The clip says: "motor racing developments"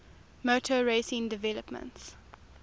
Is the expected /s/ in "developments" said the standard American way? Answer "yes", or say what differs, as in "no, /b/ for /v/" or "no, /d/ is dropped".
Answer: yes